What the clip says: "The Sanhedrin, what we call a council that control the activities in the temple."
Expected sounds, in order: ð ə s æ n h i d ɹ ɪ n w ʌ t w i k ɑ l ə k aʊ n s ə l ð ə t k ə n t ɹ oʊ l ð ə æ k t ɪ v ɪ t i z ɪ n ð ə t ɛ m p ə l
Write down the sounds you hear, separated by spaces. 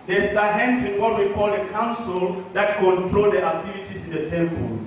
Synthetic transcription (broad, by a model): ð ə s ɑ h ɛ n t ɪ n w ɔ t w i k ɑ l ə k aʊ n s ə l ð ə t k ə n t ɹ oʊ l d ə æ k t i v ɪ t i s ɪ n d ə t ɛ m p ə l